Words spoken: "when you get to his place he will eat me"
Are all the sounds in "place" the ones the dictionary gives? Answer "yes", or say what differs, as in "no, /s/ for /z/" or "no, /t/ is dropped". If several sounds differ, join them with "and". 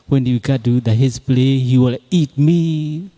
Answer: no, /s/ is dropped